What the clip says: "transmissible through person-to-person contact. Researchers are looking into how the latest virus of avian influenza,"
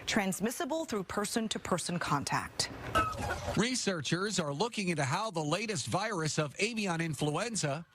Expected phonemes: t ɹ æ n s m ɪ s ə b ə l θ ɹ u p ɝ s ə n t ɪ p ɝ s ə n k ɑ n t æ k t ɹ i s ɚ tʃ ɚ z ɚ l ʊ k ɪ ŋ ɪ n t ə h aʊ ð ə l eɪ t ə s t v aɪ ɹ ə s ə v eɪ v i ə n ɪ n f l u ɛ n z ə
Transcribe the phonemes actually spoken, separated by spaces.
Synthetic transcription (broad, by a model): t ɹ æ n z m ɪ s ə b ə l θ ɹ u p ɝ s ə n t ɪ p ɝ s ə n k ɑ n t æ k t ɹ i s ɚ tʃ ɚ z ɚ l ʊ k ɪ ŋ ɪ n t ə h aʊ ð ə l eɪ t ə s t v aɪ ɹ ə s ə v eɪ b i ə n ɪ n f l u ɛ n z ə